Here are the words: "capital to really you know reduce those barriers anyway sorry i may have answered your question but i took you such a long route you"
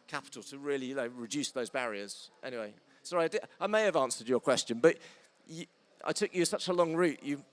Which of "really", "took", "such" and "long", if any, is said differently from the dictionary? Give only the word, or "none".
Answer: really